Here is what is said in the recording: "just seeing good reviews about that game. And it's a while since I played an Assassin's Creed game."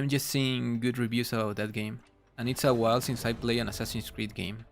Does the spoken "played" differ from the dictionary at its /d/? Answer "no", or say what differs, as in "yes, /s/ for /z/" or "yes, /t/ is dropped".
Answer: yes, /d/ is dropped